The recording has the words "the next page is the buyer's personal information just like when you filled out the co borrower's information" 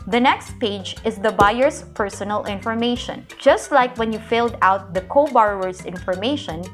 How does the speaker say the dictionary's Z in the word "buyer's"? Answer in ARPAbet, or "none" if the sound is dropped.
S